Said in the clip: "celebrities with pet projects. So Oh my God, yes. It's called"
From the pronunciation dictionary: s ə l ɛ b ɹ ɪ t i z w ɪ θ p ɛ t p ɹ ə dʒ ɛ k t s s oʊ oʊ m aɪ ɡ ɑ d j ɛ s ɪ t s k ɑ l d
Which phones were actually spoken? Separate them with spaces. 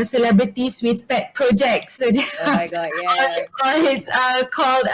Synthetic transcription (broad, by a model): s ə l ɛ b ɹ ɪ t i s w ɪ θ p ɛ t p ɹ ə dʒ ɛ k t s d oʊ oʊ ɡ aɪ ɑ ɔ ɪ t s k ɑ l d